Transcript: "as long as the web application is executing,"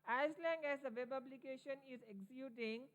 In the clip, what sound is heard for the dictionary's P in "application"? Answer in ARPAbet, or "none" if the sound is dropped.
B